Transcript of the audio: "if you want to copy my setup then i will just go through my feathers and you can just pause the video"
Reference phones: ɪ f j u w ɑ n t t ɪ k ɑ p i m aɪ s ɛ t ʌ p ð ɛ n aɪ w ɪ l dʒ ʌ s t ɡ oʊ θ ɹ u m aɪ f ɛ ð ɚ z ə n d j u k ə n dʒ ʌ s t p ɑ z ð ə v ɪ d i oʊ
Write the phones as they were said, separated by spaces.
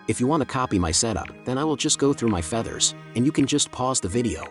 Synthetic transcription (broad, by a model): ɪ f j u w ɑ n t t ɪ k ɑ p i m aɪ s ɛ t ʌ p ð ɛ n aɪ w ɪ l dʒ ʌ s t ɡ oʊ θ ɹ u m aɪ f ɛ ð ɚ z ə n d j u k ə n dʒ ʌ s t p ɑ z ð ə v ɪ d i oʊ